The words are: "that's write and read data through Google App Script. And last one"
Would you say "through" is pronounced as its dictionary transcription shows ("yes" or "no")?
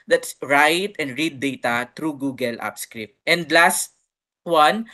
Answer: no